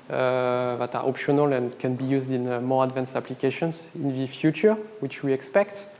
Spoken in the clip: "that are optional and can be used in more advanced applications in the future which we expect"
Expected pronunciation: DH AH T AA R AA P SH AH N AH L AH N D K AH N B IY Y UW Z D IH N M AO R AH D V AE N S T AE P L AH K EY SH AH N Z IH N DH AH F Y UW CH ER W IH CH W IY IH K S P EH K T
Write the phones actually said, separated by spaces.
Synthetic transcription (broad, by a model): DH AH T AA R AA P SH AH N AH L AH N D K AH N B IY Y UW Z D IH N M AO R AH D V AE N S AE P L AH K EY SH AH N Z IH N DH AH F Y UW CH ER W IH CH W IY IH K S P EH K T